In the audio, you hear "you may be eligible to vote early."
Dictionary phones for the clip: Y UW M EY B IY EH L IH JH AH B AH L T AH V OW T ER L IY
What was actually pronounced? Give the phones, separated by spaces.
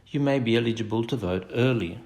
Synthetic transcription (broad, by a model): Y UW M EY B IY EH L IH JH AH B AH L T AH V OW T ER L IY